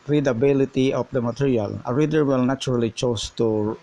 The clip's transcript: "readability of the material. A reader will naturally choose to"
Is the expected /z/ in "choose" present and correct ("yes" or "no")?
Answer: no